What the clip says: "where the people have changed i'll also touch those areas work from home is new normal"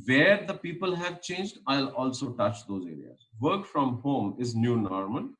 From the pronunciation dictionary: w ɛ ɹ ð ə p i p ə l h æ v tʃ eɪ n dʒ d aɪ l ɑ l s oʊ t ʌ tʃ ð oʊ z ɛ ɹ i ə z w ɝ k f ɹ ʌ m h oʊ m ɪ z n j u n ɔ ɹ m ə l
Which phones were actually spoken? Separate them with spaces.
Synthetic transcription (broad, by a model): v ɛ ɹ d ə p i p ə l h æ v tʃ eɪ n dʒ d aɪ l ɑ l s oʊ t ʌ tʃ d oʊ z ɛ ɹ i ə z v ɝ k f ɹ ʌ m h oʊ m ɪ z n j u n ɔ ɹ m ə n